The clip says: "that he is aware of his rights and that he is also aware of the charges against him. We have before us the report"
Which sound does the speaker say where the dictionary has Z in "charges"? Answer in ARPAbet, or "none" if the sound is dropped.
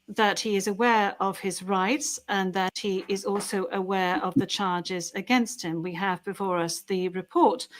Z